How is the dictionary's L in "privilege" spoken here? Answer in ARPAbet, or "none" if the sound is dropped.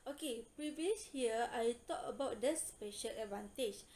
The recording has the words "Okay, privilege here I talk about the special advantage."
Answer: none